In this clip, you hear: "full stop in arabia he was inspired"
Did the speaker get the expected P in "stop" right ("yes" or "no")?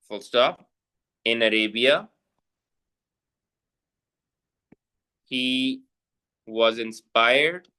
no